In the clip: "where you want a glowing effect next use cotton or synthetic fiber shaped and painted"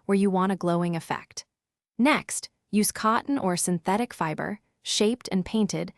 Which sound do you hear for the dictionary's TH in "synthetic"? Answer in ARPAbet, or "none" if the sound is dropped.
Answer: TH